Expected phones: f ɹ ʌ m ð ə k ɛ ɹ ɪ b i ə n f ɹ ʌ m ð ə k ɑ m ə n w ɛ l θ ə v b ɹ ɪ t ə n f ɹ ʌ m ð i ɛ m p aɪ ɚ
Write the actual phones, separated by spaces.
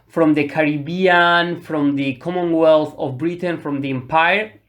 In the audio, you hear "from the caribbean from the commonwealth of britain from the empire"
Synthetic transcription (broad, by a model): f ɹ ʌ m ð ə k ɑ ɹ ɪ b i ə n f ɹ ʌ m ð ə k ɑ m ə n w ɛ l θ ə v b ɹ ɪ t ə n f ɹ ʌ m ð i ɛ m p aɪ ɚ